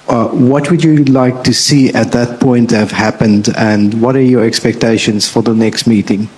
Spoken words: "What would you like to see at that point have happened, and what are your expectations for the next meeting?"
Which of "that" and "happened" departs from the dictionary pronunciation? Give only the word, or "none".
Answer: none